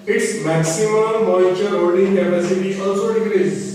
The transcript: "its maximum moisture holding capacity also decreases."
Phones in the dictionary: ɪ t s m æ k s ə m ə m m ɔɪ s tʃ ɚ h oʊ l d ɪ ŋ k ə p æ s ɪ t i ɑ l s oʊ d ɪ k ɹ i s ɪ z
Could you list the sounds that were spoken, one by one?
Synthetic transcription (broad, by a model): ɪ t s m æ k s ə m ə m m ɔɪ tʃ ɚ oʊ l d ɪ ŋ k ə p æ s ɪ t i ɑ l s oʊ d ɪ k ɹ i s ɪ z